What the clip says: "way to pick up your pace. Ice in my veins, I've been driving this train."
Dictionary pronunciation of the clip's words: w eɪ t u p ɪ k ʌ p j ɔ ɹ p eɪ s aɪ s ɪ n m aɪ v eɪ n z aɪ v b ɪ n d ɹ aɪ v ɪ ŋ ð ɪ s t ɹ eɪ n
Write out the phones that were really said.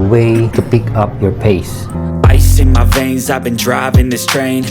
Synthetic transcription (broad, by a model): w eɪ t u p ɪ k ʌ p j ɔ ɹ p eɪ s aɪ s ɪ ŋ m aɪ v eɪ n z aɪ v b ɪ n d ɹ aɪ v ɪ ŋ ð ɪ s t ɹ eɪ n